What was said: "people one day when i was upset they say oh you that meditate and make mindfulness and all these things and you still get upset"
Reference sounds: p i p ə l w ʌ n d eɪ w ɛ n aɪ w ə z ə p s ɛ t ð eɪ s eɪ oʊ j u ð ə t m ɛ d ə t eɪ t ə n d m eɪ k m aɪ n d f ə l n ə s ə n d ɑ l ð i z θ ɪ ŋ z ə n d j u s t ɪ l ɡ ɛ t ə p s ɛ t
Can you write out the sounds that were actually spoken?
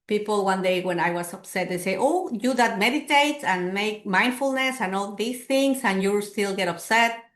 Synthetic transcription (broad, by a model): p i p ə l w ʌ n d eɪ w ɛ n aɪ w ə s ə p s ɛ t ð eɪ s eɪ oʊ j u ð ə t m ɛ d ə t eɪ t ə n m eɪ k m aɪ n d f ə l n ə s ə n ɑ l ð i s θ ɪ ŋ s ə n j u s t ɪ l ɡ ɛ t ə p s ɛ t